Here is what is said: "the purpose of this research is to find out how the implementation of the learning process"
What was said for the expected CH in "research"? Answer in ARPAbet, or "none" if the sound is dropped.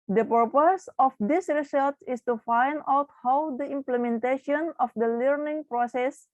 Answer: S